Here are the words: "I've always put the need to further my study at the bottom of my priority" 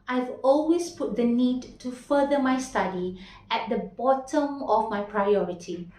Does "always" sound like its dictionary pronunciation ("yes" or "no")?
no